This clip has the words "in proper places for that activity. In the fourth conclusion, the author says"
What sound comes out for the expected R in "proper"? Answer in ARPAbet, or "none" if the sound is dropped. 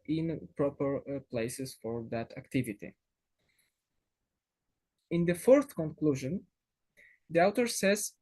R